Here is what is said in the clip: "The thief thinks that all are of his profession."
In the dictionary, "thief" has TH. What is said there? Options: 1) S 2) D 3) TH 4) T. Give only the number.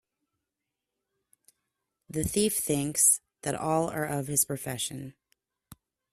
3